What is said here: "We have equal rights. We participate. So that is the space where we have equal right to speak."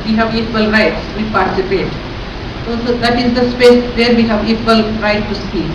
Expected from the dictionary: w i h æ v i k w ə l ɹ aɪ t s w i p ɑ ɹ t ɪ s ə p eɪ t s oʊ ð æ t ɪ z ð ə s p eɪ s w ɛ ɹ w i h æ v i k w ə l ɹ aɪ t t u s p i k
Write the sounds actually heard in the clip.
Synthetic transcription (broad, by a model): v i h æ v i k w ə l ɹ aɪ t s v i p ɑ ɹ t ɪ s ə p eɪ t s oʊ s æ t ɪ z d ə s p eɪ s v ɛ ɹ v i h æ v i k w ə l ɹ aɪ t t u s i